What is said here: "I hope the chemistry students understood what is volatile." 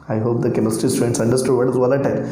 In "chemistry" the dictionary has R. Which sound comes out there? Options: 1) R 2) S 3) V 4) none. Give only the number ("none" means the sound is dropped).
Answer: 4